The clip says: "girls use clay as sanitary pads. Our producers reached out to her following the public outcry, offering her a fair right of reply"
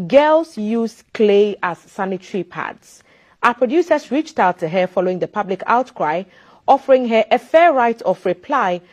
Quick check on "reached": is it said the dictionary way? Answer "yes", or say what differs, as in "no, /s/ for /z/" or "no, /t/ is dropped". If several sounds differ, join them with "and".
yes